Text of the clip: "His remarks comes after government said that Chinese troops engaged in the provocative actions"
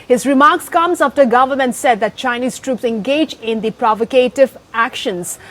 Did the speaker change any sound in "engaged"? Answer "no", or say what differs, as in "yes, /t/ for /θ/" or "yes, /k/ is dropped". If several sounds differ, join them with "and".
yes, /d/ is dropped